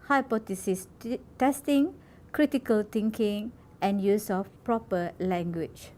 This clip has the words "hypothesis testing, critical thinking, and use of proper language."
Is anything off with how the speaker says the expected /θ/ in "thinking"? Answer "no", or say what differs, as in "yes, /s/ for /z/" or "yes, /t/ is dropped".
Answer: yes, /t/ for /θ/